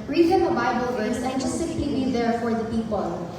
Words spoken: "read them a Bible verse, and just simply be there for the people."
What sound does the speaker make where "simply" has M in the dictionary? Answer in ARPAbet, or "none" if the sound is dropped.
none